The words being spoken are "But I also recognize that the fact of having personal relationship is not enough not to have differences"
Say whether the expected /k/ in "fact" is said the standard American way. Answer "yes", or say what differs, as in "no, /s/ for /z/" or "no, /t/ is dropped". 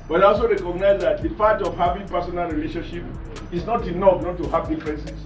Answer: no, /k/ is dropped